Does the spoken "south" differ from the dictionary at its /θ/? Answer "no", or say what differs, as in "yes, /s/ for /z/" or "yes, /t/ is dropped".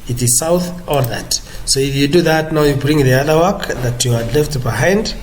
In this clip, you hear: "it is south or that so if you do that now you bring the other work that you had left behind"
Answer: no